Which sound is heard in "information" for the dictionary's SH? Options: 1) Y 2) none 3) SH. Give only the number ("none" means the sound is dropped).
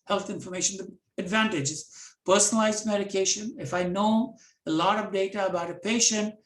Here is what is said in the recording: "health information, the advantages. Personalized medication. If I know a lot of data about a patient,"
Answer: 3